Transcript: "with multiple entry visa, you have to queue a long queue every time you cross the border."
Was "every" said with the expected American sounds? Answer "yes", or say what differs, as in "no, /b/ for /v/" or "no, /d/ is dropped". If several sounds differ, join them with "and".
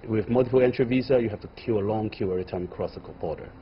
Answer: no, /v/ is dropped